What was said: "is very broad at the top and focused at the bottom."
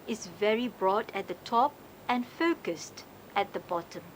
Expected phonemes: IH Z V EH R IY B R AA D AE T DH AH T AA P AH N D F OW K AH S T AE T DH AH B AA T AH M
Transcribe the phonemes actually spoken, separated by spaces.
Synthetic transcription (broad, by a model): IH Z V EH R IY B R AA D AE T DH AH T AA P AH N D F OW K AH S T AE T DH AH B AA T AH M